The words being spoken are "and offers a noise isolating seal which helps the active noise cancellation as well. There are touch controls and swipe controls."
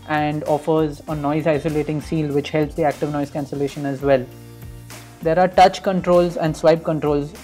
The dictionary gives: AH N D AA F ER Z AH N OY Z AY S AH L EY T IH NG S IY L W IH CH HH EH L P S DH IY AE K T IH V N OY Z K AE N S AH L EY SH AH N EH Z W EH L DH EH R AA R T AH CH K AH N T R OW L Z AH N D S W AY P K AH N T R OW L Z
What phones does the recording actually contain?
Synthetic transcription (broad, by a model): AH N D AA F ER Z AH N OY Z AY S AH L EY T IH NG S IY L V IH CH HH EH L P S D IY AE K T IH V N OY Z K AE N S AH L EY SH AH N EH Z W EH L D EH R AA R T AH CH K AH N T R OW L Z AH N D S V AY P K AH N T R OW L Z